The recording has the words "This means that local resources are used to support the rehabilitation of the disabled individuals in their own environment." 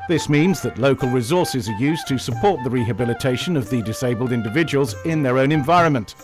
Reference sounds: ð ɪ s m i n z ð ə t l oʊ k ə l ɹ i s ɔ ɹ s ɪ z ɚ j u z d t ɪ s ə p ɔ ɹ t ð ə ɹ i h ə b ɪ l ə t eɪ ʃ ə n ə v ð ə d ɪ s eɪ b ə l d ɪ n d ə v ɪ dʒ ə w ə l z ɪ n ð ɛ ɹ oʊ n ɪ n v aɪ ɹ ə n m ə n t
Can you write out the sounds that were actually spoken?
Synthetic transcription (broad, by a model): ð ɪ s m i n z ð ə t l oʊ k ə l ɹ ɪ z ɔ ɹ s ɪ z ɚ j u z t ɪ s ə p ɔ ɹ t ð ə ɹ i h ə b ɪ l ə t eɪ ʃ ə n ə v ð ə d ɪ s eɪ b ə l d ɪ n d ə v ɪ dʒ ə w ə l z ɪ n ð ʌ ɹ oʊ n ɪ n v aɪ ɹ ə n m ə n t